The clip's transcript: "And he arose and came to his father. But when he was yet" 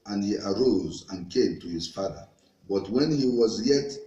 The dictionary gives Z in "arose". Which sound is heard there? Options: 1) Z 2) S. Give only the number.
1